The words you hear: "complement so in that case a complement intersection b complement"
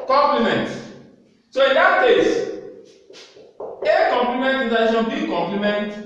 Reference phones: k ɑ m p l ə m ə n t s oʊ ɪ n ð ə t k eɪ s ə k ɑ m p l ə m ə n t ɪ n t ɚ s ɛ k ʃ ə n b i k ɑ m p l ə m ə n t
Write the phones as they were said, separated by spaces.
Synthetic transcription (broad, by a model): k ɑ m p l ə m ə n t s oʊ ɪ n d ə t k eɪ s ə k ɑ m p l ə m ə n t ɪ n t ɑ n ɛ ʃ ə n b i k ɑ m p l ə m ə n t